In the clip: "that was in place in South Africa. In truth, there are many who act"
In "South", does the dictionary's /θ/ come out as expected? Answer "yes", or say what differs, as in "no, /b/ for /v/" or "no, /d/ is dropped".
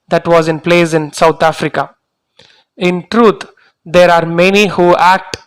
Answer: no, /t/ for /θ/